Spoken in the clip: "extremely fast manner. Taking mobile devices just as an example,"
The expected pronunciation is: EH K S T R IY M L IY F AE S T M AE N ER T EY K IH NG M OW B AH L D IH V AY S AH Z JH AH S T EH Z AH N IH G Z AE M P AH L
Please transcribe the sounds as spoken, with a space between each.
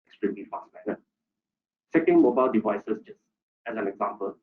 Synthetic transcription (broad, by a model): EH K S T R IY M L IY F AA S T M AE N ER S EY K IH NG M OW B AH L D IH V AY S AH S JH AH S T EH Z AH N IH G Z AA M P AH L